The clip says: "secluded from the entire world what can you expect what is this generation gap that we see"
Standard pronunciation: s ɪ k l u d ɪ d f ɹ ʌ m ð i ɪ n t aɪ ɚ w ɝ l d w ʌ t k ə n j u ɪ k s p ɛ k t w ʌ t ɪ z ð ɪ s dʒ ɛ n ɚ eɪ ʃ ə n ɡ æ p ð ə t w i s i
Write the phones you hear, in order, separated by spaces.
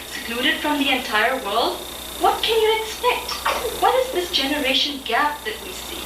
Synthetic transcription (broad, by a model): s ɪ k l u d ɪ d f ɹ ʌ m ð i ɪ n t aɪ ɚ w ɝ l d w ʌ t k ə n j u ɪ k s p ɛ k t w ʌ t ɪ z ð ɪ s dʒ ɛ n ɚ eɪ ʃ ə n ɡ æ p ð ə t w i s i